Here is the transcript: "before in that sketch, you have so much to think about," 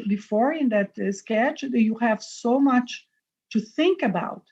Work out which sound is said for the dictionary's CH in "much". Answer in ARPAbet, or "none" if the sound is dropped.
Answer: CH